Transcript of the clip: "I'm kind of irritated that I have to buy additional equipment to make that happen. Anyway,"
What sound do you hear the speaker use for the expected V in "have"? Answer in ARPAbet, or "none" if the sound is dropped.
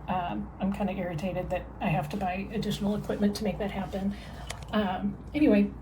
F